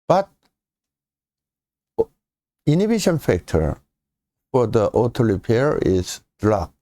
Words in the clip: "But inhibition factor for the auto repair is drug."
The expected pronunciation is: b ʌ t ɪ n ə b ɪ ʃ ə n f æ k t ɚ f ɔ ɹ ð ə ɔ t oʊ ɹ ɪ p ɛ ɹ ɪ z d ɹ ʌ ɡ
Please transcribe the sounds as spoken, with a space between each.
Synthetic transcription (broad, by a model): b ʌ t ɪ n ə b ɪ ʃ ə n f æ k t ɚ f ɔ ɹ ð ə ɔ t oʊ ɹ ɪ p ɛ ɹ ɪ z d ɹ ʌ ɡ